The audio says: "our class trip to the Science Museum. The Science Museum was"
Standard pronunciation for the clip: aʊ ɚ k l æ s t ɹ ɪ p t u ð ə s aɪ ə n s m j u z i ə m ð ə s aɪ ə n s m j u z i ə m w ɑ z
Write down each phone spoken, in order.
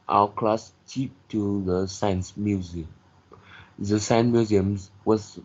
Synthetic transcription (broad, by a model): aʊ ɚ k l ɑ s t i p t u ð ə s aɪ ə n s m j u z i ə m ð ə s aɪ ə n m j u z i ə m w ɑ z